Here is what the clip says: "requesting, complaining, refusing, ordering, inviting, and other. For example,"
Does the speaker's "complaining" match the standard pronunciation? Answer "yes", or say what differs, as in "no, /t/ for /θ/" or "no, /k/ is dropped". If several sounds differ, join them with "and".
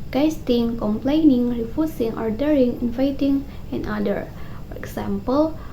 yes